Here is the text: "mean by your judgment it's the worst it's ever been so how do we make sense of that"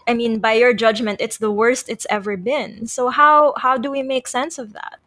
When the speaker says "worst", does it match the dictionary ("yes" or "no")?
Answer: yes